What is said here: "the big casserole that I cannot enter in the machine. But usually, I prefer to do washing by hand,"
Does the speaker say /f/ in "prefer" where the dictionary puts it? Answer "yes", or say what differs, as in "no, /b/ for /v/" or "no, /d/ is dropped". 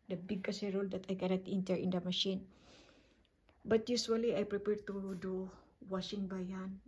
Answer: no, /p/ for /f/